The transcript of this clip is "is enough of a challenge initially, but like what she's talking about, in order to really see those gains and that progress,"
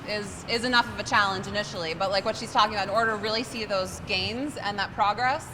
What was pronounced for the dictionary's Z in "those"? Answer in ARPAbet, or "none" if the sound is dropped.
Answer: Z